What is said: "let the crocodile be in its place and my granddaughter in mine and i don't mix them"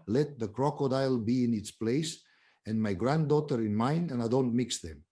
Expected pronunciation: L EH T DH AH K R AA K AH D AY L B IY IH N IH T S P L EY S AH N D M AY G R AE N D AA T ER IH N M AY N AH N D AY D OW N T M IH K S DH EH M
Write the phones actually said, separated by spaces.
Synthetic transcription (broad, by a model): L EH T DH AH K R AA K AH D AY L B IY IH N IH T S P L EY S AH N M AY G R AE N D AA T ER IH N M AY N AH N AY D OW N T M IH K S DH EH M